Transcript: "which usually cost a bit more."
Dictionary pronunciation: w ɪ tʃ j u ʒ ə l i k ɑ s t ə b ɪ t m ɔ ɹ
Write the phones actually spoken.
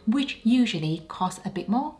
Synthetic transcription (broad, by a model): w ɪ tʃ j u ʒ ə l i k ɑ s t ə b ɪ t m ɔ